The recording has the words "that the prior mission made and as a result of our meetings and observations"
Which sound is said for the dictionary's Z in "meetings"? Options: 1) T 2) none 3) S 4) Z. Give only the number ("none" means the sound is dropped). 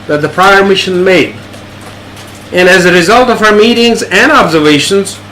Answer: 4